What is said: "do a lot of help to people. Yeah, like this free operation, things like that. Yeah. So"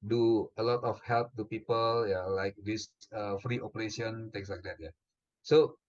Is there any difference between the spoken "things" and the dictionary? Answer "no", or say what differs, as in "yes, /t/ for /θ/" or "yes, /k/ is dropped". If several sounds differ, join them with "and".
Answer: yes, /t/ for /θ/ and /s/ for /z/